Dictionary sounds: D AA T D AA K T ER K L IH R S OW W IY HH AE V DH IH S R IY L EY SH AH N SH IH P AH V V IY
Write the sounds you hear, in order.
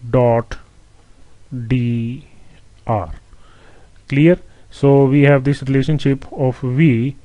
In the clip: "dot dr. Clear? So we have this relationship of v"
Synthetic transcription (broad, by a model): D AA T D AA T K L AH R S OW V IY HH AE V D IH S R IY L EY SH AH N SH IH P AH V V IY